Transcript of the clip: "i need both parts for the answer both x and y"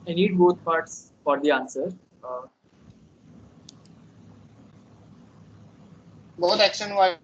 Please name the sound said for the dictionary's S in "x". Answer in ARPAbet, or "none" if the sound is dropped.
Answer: SH